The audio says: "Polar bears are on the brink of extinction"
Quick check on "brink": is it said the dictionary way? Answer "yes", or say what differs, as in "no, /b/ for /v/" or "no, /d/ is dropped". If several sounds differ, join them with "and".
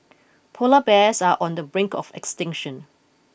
yes